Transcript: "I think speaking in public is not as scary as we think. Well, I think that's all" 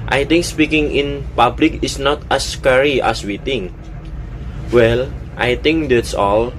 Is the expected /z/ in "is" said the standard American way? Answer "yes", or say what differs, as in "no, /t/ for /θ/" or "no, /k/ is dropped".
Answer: no, /s/ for /z/